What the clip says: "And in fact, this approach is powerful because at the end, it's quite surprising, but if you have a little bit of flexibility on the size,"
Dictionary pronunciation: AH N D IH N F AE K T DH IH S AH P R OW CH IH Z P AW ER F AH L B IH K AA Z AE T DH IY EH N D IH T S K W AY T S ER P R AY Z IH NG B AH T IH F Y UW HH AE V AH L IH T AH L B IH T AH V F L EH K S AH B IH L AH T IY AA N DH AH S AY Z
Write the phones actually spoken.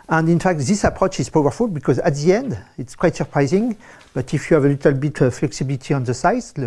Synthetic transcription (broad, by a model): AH N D IH N F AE K T DH IH S AH P R OW CH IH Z P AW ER F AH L B IH K AA Z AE T DH IY EH N D IH T S K W AY T S ER P R AY Z IH NG B AH T IH F Y UW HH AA V AH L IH T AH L B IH T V F L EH K S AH B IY L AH T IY AA N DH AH S AY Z